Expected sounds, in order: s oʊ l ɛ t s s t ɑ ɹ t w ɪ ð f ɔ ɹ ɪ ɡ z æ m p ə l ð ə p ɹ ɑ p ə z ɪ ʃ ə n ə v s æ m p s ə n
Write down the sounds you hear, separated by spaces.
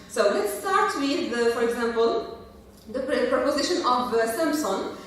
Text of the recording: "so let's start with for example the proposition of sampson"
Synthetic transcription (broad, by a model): s oʊ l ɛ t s s t ɑ ɹ t w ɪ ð f ɔ ɹ ɪ ɡ z æ m p ə l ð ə p ɹ ɑ p ə z ɪ ʃ ə n ə v s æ m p s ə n